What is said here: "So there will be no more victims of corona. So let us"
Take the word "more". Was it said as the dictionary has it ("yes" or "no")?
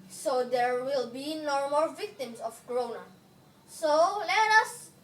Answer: no